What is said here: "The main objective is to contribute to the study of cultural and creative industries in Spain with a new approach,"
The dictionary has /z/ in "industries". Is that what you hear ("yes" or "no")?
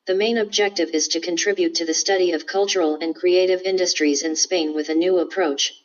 yes